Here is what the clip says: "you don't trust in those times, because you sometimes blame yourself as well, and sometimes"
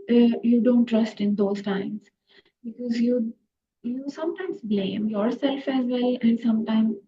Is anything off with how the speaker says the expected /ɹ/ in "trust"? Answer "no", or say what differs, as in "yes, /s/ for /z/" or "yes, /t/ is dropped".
no